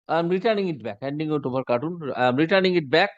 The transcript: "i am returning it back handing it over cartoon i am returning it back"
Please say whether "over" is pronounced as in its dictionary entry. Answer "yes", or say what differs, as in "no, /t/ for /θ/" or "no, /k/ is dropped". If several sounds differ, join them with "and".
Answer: no, /b/ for /v/